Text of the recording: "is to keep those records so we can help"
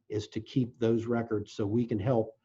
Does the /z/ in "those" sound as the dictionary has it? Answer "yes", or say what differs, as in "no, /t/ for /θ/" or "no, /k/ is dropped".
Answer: yes